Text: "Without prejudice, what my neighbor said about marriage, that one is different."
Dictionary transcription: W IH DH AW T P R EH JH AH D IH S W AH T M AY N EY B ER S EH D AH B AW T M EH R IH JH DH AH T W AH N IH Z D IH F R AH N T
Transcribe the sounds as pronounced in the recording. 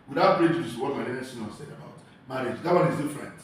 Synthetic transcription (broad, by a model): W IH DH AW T B R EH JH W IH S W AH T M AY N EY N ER S EH D AH B AW T M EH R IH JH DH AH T W AH N IH Z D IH F R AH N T